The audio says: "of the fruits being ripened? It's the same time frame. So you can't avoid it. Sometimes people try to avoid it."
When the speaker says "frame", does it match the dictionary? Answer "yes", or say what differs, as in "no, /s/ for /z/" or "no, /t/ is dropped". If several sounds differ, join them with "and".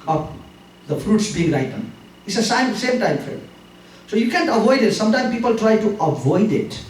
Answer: no, /ɹ/ is dropped